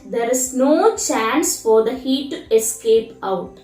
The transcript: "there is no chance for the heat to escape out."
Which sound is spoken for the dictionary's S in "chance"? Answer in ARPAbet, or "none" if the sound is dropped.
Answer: S